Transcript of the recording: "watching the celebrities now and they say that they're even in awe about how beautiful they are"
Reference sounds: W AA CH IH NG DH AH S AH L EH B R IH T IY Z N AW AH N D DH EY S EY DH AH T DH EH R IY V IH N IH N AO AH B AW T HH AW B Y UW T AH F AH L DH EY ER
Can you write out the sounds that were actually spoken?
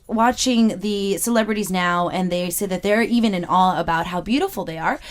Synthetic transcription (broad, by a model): W AA CH IH NG DH AH S AH L EH B R IH T IY Z N AW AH N DH EY S EY DH AH T DH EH R IY V IH N IH N AO AH B AW T HH AW B Y UW T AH F L DH EY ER